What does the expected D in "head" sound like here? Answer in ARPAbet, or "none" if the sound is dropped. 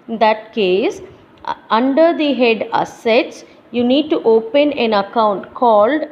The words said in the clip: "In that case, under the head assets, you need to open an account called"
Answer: D